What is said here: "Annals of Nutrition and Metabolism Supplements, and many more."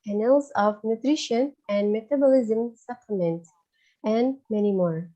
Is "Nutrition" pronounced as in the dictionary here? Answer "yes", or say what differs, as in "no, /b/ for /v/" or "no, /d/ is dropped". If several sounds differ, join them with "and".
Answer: yes